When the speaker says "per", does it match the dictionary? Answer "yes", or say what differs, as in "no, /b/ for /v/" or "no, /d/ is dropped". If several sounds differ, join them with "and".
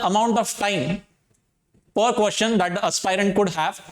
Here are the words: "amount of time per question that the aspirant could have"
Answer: yes